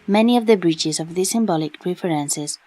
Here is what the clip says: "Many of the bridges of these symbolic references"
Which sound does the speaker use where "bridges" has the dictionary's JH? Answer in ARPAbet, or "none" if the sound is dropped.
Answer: CH